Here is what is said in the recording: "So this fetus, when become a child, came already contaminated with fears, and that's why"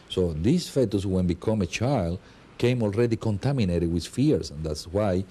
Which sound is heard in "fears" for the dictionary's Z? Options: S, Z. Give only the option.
S